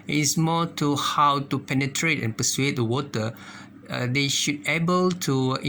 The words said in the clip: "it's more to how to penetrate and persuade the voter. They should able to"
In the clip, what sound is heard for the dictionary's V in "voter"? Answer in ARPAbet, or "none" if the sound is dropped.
W